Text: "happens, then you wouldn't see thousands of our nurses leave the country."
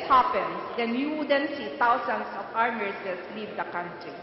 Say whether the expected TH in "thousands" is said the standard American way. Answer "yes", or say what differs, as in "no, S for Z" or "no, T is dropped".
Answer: no, T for TH